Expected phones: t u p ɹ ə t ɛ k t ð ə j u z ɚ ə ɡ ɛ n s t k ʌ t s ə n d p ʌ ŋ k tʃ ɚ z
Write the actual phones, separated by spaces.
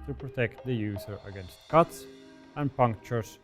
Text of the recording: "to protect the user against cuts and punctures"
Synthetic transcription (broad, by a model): t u p ɹ ə t ɛ k t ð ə j u s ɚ ə ɡ ɛ n s t k ʌ t s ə n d p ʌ ŋ k tʃ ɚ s